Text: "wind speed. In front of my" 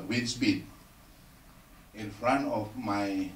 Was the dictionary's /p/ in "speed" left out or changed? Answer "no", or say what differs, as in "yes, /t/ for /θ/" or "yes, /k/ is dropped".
yes, /b/ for /p/